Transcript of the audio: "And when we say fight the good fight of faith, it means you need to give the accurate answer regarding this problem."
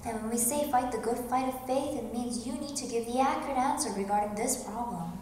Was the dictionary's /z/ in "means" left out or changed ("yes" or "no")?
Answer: no